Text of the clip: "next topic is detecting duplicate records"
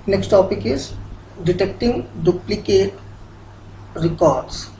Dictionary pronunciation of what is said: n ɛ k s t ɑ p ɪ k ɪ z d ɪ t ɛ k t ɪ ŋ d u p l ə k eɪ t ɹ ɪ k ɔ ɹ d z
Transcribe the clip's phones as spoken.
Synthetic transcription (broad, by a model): n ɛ k s t ɑ p ɪ k ɪ z d ɪ t ɛ k t ɪ ŋ d u p l ə k eɪ t ɹ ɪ k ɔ ɹ d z